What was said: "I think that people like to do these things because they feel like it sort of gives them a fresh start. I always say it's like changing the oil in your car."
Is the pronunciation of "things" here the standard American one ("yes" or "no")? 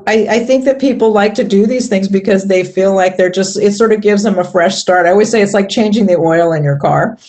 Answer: yes